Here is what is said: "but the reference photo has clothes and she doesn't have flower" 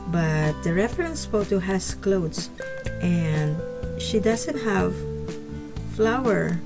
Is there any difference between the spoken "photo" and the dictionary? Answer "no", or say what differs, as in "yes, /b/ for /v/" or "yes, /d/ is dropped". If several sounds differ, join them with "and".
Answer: yes, /p/ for /f/